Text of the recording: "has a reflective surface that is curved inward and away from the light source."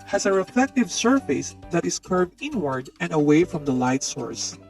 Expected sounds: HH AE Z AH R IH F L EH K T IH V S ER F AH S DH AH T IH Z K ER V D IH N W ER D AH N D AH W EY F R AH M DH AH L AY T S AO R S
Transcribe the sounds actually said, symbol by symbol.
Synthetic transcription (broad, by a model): HH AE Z AH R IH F EH K T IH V S ER F AH S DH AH T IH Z K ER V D IH N W ER D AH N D AH W EY F R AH M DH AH L AY T S AO R S